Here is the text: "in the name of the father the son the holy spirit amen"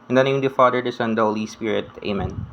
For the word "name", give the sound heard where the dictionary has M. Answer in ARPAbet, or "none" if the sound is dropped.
none